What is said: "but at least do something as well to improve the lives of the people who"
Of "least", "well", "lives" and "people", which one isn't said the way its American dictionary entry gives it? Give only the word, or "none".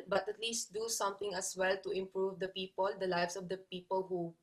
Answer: lives